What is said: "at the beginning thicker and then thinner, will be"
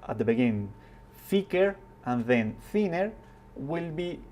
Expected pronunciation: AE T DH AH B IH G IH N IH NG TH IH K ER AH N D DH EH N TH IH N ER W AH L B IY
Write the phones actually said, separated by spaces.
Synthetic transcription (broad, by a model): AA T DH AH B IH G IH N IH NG F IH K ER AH N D DH EH N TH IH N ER W AH L B IY